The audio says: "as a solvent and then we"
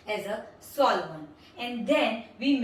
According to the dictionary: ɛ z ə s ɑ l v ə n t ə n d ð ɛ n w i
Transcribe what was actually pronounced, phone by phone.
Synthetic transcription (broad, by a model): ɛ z ə s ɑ l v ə n ə n d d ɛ n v i